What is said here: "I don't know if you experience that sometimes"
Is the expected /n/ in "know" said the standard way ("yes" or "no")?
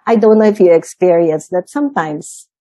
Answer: no